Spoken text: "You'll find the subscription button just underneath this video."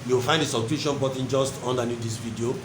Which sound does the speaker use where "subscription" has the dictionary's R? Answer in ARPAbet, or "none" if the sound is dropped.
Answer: none